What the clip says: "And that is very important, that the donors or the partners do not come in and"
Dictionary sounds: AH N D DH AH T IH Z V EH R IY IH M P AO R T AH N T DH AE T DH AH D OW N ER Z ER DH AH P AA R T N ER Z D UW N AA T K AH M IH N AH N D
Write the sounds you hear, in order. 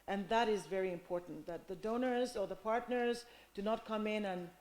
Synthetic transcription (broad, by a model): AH N DH AH T IH Z V EH R IY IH M P AO R T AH N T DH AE T DH AH D OW N ER Z ER DH AH P AA R T N ER Z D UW N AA T K AH M IH N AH N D